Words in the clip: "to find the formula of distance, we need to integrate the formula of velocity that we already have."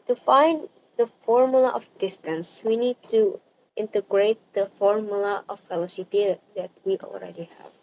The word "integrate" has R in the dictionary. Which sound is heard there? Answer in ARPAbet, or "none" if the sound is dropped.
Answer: R